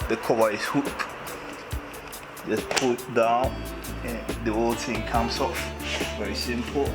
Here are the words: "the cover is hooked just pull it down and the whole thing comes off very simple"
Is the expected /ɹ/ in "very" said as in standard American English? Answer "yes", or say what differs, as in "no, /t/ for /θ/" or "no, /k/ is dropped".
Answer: yes